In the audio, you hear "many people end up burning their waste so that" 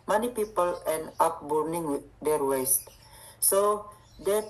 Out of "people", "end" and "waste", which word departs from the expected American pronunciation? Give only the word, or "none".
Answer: end